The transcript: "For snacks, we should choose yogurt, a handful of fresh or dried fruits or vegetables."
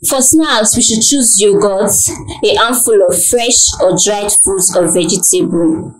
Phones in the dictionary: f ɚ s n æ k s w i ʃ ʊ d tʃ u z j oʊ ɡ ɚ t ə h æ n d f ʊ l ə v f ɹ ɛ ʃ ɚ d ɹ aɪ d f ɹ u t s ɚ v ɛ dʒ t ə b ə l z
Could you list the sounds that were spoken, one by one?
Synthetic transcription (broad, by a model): f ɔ s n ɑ s w i ʃ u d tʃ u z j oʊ ɡ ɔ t ə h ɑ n f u l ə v f ɹ ɛ ʃ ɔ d ɹ aɪ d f u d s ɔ v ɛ dʒ t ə b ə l